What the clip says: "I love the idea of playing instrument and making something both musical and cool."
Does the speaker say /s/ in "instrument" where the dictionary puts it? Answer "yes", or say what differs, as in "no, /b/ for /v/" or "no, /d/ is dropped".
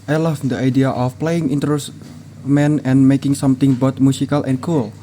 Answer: no, /s/ is dropped